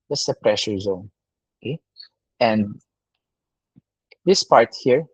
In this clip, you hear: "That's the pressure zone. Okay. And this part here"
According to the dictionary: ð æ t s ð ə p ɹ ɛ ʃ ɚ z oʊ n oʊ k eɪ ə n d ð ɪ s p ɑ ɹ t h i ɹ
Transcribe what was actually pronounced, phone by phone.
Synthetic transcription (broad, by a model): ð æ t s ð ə p ɹ ɛ ʃ ɚ z oʊ n oʊ k eɪ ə n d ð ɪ s p ɑ ɹ t h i ɹ